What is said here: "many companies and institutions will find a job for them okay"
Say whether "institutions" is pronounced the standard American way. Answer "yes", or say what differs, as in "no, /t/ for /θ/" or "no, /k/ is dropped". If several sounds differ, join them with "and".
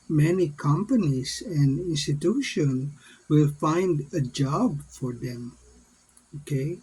no, /z/ is dropped